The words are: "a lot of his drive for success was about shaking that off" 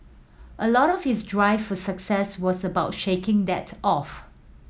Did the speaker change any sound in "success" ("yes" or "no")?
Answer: no